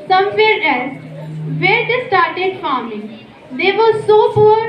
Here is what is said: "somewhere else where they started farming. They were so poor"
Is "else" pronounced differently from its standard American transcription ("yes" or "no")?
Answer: yes